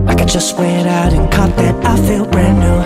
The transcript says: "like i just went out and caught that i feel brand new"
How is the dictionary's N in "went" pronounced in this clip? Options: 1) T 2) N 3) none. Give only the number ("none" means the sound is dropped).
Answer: 3